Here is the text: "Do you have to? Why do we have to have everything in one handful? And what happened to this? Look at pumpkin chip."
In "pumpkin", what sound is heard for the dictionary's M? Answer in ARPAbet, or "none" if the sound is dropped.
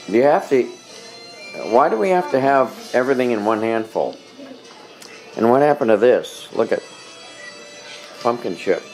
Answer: M